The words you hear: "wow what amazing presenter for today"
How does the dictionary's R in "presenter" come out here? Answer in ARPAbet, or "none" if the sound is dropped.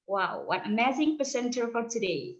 none